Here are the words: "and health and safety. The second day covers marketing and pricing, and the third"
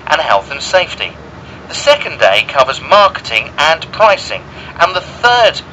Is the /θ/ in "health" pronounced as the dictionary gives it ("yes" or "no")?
yes